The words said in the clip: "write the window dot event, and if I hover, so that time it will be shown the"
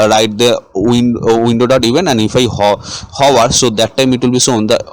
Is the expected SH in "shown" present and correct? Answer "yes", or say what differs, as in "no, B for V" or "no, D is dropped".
no, S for SH